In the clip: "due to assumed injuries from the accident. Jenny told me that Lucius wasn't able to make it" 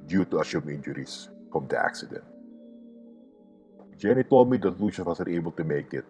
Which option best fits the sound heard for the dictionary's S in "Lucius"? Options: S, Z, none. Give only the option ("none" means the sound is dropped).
none